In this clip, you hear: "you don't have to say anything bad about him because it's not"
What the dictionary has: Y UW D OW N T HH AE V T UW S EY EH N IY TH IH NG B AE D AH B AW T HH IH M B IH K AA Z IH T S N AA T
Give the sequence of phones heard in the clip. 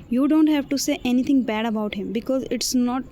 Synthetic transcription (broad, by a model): Y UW D OW N T HH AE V T UW S EY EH N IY T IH NG B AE D AH B AW T HH IH M B IH K AA Z IH T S N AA T